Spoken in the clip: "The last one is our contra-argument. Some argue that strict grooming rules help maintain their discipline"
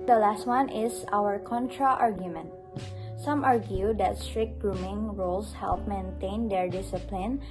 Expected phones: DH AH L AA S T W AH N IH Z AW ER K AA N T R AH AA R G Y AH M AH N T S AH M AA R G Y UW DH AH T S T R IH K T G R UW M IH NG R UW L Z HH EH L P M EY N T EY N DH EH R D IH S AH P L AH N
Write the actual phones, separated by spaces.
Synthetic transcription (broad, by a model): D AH L AA S T W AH N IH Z AW ER K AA N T R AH AA R G Y AH M AH N T S AH M AA R G Y UW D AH T S T R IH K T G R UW M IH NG R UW L S HH EH L P M EY N T EY N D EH R D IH S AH P L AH N